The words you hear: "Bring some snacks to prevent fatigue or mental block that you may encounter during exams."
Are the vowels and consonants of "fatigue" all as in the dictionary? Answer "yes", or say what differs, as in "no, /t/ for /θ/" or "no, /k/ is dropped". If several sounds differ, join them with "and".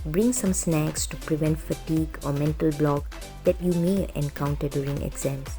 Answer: yes